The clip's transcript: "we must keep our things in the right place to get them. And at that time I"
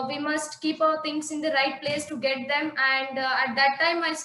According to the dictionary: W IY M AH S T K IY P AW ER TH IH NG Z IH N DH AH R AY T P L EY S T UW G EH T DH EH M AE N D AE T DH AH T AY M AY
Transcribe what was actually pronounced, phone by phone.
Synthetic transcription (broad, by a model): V IY M AH S T K IY P AW ER T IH NG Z IH N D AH R AY T P L EY S T UW G EH T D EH M AE N D AE T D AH T AY M AY